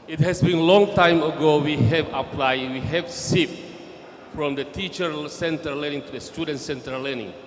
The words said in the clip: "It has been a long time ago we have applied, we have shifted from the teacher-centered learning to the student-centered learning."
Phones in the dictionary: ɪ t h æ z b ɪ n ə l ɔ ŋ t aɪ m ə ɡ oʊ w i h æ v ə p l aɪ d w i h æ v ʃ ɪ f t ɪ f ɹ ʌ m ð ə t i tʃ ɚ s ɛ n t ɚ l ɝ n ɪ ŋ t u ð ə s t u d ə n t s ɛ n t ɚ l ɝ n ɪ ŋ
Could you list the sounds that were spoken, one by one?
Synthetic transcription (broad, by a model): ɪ t h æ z b ɪ n l ɔ ŋ t aɪ m ə ɡ oʊ w i h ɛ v ə p l aɪ d w i h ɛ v s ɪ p f ɹ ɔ m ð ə t i tʃ ɚ s ɛ n t ɚ l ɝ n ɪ ŋ t u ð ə s t u d ə n t s ɛ n t ɚ l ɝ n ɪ ŋ